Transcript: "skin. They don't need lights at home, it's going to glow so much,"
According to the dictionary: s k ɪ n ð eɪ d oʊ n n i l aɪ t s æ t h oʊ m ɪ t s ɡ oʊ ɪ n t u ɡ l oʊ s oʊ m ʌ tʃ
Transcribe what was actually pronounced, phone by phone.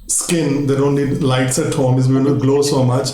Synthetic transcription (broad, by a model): s k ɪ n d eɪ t oʊ n l i l aɪ t s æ t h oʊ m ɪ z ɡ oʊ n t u ɡ l oʊ s oʊ m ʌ tʃ